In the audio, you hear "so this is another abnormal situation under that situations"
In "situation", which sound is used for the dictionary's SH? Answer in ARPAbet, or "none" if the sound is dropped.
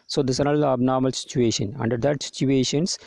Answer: SH